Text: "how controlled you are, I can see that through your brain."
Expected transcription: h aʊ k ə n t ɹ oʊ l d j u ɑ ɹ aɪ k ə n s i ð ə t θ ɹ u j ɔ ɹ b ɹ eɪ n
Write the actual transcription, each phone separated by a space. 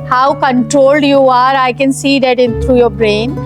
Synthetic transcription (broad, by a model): h aʊ k ə n t ɹ oʊ l d j u ɑ ɹ aɪ k ə n s i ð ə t t ɹ u j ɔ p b ɹ eɪ n